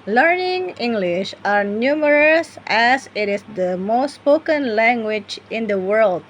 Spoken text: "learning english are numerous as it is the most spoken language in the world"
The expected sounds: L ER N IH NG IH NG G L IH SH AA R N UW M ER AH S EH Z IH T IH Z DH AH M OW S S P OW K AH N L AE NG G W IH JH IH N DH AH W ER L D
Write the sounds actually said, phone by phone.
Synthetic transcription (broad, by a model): L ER N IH NG IH NG G L IH SH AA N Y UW M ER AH S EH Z IH T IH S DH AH M OW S S P OW K AH N L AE NG G W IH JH IH N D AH W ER L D